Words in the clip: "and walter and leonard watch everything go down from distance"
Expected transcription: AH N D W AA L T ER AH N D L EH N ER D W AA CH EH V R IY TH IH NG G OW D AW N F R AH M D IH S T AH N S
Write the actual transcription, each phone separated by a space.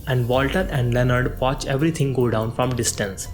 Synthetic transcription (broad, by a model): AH N D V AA L T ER AH N D L EH N ER D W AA CH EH V R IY T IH NG G OW D AW N F R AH M D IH S T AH N S